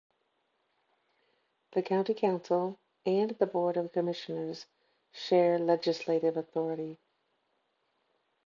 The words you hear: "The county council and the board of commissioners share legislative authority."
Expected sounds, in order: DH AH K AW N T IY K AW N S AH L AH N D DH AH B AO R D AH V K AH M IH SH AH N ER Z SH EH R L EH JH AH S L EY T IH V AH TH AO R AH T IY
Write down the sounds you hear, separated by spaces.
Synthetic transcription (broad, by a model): DH AH K AW N T IY K AW N S L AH N DH AH B AO R D AH V K AH M IH SH AH N ER Z SH EH R L EH JH AH S L EY T IH V AH TH AO R AH T IY